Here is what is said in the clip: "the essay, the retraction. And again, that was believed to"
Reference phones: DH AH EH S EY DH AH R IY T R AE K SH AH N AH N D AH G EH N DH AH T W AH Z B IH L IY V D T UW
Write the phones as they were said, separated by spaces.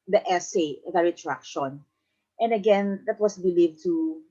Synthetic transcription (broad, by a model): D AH EH S EY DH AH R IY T R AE K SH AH N AH N D AH G EH N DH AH T W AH S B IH L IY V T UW